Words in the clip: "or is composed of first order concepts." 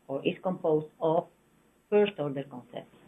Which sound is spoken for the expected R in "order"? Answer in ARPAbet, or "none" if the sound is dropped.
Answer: R